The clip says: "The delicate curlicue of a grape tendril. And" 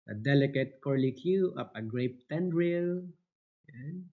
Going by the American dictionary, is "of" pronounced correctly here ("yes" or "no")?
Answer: no